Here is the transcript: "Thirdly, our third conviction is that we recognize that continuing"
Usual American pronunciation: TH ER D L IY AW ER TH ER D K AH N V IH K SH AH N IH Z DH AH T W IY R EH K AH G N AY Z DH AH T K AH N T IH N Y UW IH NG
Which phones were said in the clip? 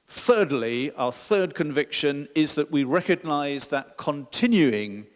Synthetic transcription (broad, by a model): TH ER D L IY AW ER TH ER D K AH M V IH K SH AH N IH Z DH AH T W IY R EH K AH G N AY Z DH AH T K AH N T IH N Y UW IH NG